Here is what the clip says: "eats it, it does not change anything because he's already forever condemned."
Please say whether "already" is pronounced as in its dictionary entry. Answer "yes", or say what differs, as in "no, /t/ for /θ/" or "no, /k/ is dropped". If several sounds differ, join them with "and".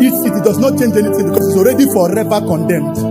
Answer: yes